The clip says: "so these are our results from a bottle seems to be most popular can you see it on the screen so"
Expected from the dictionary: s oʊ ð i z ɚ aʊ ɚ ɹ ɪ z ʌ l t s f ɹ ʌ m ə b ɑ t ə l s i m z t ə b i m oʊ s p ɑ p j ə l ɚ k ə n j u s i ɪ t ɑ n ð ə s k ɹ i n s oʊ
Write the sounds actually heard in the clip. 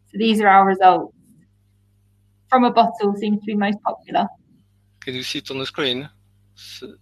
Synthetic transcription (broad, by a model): s oʊ ð i z ɚ aʊ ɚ ɹ ɪ z ʌ l t s f ɹ ʌ m ə b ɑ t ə l s i m z t ə b i m oʊ s p ɑ p j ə l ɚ k ə n j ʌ s i t n ð ə s k ɹ i n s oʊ